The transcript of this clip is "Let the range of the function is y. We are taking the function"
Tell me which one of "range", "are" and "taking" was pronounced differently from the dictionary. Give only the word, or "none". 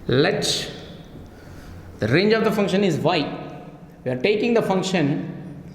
none